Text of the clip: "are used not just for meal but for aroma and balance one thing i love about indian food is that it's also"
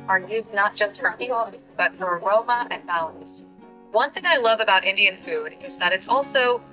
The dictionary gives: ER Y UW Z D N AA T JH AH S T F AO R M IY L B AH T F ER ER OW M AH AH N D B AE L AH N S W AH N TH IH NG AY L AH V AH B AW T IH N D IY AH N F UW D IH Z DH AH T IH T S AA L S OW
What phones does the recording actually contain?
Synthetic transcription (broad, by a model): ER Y UW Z N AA T JH AH S T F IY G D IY B AH T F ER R OW M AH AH N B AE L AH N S W AH N TH IH NG AY L AH V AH B AW T IH N D IY AH N F UW D IH Z DH AH T IH T S AA L S OW